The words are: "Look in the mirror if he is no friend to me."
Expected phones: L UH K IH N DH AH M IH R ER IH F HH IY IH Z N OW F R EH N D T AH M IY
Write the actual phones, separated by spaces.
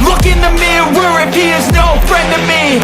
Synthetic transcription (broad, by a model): L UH K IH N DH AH M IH W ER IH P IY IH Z N OW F R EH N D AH M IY